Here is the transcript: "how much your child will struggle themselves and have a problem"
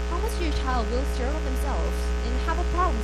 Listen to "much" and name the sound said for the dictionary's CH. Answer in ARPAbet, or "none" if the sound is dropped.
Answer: S